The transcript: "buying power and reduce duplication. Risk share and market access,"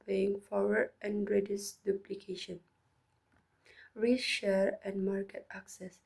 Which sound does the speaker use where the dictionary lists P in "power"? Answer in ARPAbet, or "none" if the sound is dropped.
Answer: F